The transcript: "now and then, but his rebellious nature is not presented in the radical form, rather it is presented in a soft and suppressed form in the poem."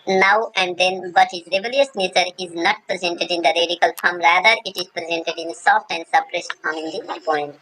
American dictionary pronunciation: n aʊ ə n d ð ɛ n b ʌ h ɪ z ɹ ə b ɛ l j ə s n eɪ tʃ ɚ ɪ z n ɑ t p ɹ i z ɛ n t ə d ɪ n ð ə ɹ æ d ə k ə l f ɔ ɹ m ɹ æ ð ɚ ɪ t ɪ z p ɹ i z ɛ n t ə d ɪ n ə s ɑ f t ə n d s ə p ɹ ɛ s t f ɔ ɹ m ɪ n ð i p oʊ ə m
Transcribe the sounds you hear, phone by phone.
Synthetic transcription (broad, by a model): n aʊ ə n d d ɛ n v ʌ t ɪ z ɹ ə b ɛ l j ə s n eɪ tʃ ɚ ɪ z n ɑ t p ɹ i z ɛ n t ə d ɪ n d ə ɹ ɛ d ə k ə l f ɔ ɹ m ɹ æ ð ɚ ɪ t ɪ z p ɹ i z ɛ n t ə d ɪ n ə s ɑ f t ə n d s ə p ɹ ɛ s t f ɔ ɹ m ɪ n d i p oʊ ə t